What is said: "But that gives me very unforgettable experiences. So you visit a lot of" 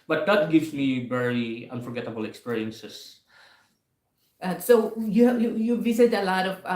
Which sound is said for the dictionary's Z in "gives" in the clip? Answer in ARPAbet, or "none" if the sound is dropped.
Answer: S